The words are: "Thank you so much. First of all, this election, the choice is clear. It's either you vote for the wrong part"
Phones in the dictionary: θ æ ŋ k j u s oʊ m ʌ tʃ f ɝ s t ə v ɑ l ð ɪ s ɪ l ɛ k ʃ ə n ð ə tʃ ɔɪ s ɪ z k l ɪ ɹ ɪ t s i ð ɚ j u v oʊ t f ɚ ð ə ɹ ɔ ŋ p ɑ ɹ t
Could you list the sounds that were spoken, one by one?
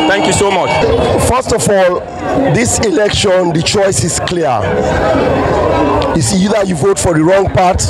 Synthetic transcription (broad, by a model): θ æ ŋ k j u s oʊ m ʌ tʃ f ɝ s t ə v ɑ l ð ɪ s ɪ l ɛ k ʃ ə n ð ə tʃ ɔɪ s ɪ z k l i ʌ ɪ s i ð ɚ j u v oʊ t f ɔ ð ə ɹ ɔ ŋ p ɑ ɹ t